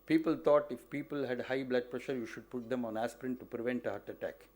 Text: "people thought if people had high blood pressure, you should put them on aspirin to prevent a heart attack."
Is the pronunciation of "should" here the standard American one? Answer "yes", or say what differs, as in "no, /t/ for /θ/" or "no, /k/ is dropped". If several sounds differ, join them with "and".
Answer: yes